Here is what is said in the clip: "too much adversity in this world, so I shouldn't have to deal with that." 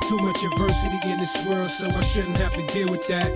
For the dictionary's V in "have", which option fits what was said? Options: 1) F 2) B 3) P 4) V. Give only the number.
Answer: 1